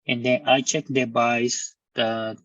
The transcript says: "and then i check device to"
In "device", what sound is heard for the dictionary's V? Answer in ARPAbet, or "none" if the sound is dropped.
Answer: B